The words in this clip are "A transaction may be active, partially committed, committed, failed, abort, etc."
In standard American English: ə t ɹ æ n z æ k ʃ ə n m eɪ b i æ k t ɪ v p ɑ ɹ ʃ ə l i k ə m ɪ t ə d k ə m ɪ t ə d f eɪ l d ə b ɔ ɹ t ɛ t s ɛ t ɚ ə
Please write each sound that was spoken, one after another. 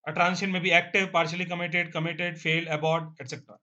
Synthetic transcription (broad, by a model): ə t ɹ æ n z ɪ ʃ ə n m eɪ b i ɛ k t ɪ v p ɑ ɹ ʃ ə l i k ə m ɪ t ə d k ə m ɪ t ə d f eɪ l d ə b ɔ ɹ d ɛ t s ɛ t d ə